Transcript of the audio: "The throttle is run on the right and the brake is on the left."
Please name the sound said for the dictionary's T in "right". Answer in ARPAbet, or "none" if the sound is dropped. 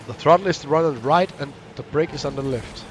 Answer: T